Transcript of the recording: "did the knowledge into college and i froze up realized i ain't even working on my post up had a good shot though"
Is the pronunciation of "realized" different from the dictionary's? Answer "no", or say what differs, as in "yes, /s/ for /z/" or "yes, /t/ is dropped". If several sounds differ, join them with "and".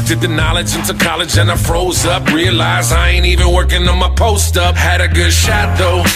yes, /d/ is dropped